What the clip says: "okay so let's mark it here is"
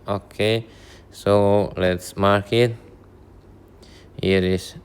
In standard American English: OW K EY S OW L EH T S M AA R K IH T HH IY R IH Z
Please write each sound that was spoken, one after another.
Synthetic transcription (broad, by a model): OW K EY S OW L EH T S M AA R K IH T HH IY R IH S